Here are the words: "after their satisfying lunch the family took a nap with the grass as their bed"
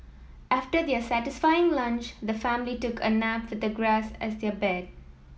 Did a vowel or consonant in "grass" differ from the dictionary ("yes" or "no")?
no